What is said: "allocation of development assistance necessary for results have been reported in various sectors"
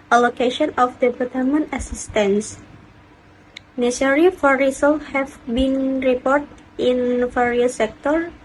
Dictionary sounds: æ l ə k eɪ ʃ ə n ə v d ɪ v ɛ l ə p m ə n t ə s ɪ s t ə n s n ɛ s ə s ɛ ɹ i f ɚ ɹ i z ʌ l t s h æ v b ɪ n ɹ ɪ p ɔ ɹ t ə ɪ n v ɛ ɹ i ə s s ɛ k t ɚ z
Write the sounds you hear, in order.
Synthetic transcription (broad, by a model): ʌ l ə k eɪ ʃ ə n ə f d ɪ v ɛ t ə m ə n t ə s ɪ s t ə n s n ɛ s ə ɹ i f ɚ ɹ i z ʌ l h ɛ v b ɪ n ɹ ɪ p ɔ ɹ t ə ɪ n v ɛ ɹ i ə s s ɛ k t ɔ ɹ